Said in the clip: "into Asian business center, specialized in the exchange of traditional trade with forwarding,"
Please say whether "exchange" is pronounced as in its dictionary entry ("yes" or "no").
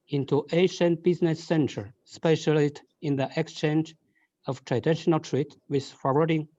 yes